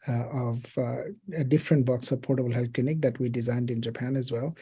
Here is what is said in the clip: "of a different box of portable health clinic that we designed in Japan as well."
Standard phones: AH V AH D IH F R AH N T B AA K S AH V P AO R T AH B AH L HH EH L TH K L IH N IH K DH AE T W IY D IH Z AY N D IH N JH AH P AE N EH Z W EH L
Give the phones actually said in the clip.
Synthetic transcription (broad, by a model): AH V AH D IH F R AH N T B AA K S AH V P AO R T AH B AH L HH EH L K L IH N IH K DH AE T W IY D IH Z AY N D IH N JH AH P AE N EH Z W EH L